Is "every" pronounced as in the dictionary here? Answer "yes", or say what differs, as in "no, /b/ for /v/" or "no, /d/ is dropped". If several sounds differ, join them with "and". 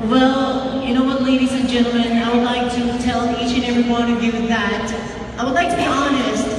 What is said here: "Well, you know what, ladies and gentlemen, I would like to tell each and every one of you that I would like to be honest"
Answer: yes